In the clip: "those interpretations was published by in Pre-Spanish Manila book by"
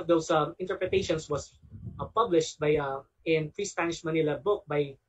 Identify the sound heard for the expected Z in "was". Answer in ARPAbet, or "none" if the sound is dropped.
S